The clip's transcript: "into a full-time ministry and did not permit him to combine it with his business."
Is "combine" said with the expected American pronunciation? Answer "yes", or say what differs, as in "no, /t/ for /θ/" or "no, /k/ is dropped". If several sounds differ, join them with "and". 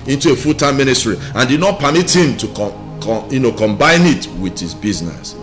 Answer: yes